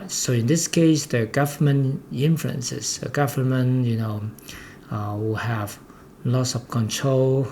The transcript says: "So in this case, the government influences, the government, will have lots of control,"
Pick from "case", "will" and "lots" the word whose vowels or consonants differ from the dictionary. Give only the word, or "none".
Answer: will